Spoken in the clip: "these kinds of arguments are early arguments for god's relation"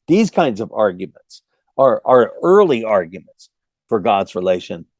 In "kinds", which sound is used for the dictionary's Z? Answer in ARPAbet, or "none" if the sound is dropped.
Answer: Z